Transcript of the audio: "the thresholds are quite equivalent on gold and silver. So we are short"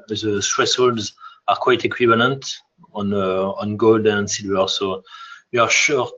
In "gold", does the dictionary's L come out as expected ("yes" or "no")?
yes